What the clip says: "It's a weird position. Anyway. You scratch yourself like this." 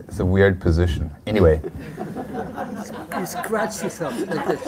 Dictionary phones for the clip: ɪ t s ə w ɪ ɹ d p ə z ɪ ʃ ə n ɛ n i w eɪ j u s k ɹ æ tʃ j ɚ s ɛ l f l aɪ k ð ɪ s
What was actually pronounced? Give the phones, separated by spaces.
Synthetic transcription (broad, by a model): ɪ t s ə w ɪ ɹ d p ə z ɪ ʃ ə n ɛ n i w eɪ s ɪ s k ɹ æ tʃ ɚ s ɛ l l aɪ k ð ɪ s